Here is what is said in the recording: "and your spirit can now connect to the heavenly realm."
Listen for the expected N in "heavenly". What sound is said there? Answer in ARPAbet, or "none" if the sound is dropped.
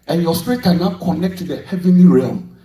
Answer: N